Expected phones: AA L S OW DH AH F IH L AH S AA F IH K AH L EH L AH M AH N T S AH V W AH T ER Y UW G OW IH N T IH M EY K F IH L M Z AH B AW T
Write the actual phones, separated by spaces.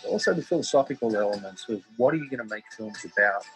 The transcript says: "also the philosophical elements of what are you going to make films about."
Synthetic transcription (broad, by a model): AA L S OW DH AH F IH L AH S AA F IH K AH L EH L AH M AH N T S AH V W AH T ER Y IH G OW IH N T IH M EY K F IH L M Z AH B AW T